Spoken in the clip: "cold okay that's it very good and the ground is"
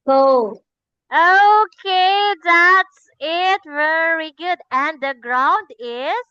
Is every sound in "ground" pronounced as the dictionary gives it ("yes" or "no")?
yes